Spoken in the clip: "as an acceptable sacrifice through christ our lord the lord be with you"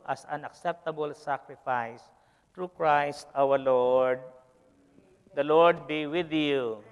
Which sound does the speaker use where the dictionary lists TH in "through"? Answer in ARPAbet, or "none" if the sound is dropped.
T